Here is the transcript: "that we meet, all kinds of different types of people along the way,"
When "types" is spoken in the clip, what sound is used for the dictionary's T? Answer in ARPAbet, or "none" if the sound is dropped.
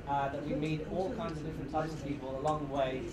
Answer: S